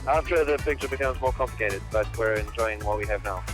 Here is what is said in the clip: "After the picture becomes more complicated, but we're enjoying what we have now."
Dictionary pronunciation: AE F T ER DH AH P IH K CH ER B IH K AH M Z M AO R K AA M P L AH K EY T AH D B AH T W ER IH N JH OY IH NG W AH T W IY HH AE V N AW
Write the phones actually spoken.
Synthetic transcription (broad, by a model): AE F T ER DH AH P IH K CH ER B IH K AH M Z M AO R K AA M P L AH K EY T AH D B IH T W ER IH N JH OY IH NG W AH T W IY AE V N AW